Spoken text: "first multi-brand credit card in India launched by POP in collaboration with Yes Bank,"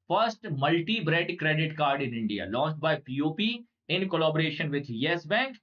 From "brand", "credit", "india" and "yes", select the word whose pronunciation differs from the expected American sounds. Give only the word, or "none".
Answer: brand